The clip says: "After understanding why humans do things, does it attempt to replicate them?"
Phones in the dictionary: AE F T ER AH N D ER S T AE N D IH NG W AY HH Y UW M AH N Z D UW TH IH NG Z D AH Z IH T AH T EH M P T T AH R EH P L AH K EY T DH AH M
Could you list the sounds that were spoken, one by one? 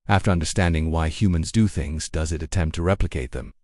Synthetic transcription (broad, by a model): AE F T ER AH N D ER S T AE N D IH NG W AY HH Y UW M AH N Z D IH TH IH NG Z D AH Z IH T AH T EH M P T T AH R EH P L AH K EY T DH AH M